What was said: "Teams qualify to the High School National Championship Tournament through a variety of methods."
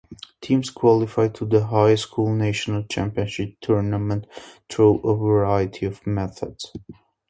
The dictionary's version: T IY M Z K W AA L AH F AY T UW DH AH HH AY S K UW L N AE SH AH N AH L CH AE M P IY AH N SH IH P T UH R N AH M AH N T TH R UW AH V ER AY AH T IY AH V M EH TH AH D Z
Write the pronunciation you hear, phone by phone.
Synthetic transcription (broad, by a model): T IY M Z K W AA L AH F AY T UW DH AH HH AY S K UW L N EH SH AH N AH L CH AE M P IY AH N SH IH P T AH R N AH M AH N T T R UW AH V ER AY AH T IY AH V M EH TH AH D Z